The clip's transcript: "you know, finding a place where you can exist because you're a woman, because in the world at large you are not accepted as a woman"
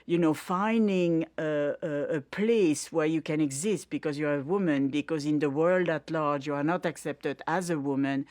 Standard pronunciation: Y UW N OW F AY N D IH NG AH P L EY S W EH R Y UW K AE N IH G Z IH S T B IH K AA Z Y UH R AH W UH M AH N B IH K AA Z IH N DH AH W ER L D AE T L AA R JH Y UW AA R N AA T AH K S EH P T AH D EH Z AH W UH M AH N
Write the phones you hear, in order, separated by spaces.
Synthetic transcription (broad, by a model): Y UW N OW F AY N D IH NG AH P L EY S W EH R Y UW K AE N IH G Z IH S T B IH K AA Z Y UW R AH W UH M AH N B IH K AA Z IH N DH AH W ER L D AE T L AA R JH Y UW AA R N AA T AH K S EH P T AH D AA Z AH W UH M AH N